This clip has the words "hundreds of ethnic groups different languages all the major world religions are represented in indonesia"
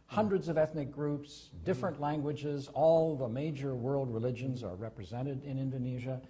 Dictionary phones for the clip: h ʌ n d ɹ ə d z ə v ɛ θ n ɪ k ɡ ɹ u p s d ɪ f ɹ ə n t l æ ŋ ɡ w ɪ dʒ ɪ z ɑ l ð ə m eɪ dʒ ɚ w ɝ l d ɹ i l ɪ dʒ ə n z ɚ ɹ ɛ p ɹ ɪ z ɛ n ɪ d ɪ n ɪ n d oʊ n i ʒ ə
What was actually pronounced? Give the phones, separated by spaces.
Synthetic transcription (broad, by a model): h ʌ n d ɹ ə d z ə v ɛ θ n ɪ k ɡ ɹ u p s d ɪ f ɹ ə n t l æ ŋ ɡ w ɪ dʒ ɪ z ɑ l ð ə m eɪ dʒ ɚ w ɝ l d ɹ i l ɪ dʒ ə n z ɚ ɹ ɛ p ɹ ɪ z ɛ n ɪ d ɪ n ɪ n d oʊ n i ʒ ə